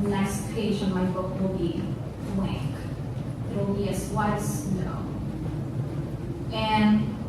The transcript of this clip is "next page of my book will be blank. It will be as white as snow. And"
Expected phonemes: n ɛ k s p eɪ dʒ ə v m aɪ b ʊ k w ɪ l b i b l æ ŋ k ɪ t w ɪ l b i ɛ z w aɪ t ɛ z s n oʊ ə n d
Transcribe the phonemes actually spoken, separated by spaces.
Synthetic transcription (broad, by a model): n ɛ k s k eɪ ʒ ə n m aɪ b ʊ k w ɪ l b i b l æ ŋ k ɪ t w ɪ l b i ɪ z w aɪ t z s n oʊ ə n